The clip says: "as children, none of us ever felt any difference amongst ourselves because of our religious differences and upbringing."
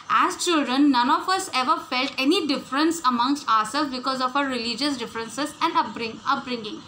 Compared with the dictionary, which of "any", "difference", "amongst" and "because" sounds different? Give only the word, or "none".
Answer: none